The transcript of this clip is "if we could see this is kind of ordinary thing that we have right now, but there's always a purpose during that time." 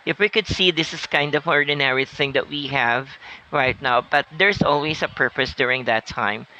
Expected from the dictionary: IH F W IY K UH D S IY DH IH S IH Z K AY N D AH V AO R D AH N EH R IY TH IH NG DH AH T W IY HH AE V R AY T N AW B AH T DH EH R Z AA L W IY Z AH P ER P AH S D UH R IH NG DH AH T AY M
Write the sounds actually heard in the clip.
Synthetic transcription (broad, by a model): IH F W IY K UH D S IY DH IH S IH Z K AY N D AH V AO R D AH N EH R IY TH IH NG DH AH T W IY HH AE V R AY T N AW B AH T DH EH R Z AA L W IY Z AH P ER P AH S D UH R IH NG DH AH T AY M